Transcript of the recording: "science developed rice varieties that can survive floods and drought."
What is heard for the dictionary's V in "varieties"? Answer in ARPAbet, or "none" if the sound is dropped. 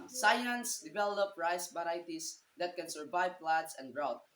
B